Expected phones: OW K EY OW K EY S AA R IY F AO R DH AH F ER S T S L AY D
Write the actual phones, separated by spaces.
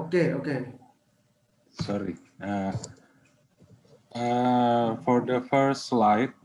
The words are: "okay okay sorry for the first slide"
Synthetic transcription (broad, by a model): K EY OW K EY S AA R IY F AO R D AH F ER T S L AY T